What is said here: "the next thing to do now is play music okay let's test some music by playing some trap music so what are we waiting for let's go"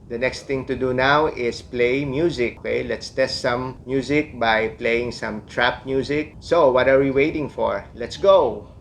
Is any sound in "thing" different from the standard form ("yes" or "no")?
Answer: yes